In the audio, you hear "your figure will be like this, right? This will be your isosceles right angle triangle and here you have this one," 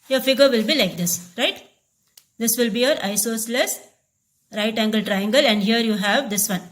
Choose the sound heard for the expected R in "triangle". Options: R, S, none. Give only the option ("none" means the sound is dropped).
R